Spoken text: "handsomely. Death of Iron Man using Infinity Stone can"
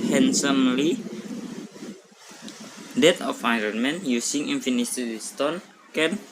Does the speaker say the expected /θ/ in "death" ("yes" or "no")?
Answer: no